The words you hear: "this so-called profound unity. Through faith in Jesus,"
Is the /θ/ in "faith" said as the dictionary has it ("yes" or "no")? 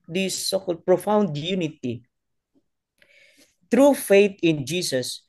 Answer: no